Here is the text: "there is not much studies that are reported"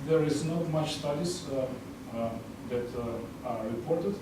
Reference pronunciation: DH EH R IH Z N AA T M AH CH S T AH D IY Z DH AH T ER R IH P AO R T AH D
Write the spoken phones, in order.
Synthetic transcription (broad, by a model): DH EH R IH Z N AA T M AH CH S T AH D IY S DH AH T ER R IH P AO R T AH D